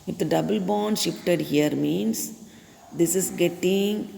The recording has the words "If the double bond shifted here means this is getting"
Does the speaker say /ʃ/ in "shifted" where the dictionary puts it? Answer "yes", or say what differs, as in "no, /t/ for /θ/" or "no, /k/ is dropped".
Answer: yes